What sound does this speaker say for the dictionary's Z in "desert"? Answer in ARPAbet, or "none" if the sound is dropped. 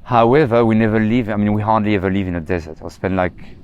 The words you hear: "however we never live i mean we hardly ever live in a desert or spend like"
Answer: Z